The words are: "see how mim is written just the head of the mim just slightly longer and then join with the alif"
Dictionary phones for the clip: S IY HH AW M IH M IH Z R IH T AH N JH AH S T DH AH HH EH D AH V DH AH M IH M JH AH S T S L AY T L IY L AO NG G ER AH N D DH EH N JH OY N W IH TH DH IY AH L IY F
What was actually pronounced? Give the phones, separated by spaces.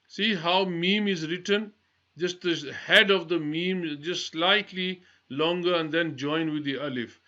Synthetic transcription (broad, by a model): S IY HH AW M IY M IH Z R IH T AH N JH AH S T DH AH HH EH D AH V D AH M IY M JH AH S T S L AY T L IY L AO NG G ER AH N D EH N JH OY N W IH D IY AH L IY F